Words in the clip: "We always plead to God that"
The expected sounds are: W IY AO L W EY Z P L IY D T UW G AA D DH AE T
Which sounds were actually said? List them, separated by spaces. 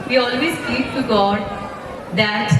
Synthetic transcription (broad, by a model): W IY AO L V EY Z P IY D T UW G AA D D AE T